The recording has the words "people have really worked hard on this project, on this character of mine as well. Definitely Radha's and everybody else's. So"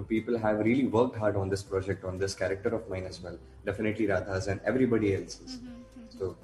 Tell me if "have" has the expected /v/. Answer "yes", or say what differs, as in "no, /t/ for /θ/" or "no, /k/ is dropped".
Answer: yes